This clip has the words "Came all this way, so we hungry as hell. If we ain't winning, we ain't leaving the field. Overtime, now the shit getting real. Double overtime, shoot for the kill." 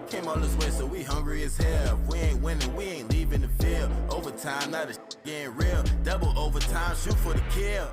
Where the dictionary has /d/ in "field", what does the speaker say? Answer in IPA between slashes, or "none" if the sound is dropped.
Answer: none